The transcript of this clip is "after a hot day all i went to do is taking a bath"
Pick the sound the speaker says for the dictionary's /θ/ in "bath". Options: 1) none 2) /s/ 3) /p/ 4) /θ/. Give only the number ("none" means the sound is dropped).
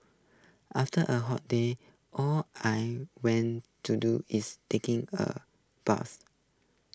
2